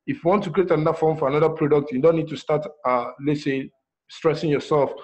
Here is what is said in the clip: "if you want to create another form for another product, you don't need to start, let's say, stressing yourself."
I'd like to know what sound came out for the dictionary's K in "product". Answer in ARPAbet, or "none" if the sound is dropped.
K